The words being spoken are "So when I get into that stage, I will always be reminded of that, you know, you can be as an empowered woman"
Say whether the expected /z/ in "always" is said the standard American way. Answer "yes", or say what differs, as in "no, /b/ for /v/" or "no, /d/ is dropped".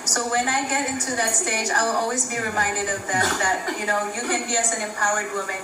yes